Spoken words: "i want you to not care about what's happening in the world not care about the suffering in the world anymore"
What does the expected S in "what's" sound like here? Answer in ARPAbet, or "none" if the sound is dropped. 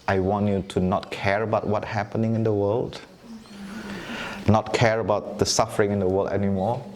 none